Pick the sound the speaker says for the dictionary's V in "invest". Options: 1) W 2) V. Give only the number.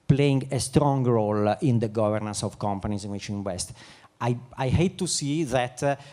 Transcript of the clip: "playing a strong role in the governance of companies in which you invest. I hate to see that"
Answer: 1